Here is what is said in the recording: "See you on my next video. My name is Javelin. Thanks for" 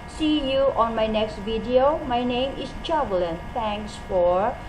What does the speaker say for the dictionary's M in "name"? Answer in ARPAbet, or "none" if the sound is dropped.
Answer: M